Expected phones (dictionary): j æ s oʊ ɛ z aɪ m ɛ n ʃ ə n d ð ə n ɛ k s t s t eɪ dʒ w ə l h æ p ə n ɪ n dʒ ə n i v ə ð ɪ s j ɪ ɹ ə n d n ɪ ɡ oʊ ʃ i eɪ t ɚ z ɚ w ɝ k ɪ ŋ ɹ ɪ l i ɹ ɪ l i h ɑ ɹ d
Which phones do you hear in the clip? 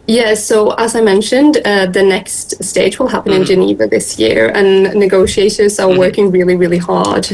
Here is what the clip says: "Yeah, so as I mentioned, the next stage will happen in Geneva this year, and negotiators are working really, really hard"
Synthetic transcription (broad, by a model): j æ s oʊ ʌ z aɪ m ɛ n ʃ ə n d ð ə n ɛ k s t s t eɪ dʒ w ə l h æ p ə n ɪ n dʒ ə n i v ə ð ɪ s j ɪ ɹ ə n n ɪ ɡ oʊ ʃ i eɪ t ɚ z ɚ w ɝ k ɪ ŋ ɹ ɪ l i ɹ ɪ l i h ɑ ɹ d